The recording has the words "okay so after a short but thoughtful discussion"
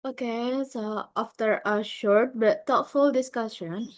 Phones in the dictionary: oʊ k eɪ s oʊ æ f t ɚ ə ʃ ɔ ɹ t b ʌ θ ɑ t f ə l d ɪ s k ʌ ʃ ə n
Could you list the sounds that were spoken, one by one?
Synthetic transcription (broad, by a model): oʊ k eɪ s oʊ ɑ f t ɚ ə ʃ ɔ ɹ t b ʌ t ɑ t f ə l d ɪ s k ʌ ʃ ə n